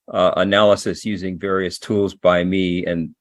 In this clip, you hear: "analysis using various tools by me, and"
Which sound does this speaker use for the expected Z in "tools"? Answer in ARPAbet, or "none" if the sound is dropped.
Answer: Z